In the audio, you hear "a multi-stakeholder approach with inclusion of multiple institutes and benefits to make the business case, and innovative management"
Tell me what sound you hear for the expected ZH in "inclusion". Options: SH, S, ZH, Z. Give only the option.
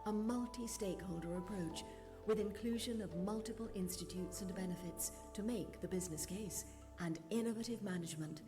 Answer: ZH